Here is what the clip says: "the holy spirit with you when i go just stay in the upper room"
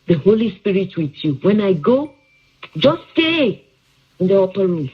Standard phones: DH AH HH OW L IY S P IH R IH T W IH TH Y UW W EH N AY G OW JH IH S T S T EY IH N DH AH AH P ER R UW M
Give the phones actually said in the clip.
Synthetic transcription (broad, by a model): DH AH HH OW L IY S P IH R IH T W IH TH Y UW W EH N AY G OW JH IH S S T EY IH N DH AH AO P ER R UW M